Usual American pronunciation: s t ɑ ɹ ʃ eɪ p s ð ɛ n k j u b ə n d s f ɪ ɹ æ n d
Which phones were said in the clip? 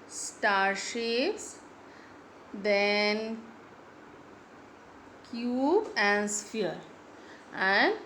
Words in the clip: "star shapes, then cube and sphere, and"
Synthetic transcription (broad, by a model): s t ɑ ɹ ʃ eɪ s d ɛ n k j u b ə n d s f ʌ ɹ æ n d